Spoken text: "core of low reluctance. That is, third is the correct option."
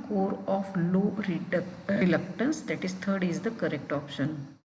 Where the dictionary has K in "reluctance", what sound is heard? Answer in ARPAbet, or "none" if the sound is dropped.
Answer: K